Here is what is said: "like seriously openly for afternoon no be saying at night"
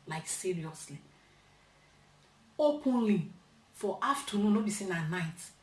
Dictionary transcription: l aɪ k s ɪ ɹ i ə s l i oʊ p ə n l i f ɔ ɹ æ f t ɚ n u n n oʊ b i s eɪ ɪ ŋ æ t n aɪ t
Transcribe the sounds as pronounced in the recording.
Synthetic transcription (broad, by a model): l aɪ k s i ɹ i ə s l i oʊ p ə n l i f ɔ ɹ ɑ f t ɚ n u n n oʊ b i s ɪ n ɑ n aɪ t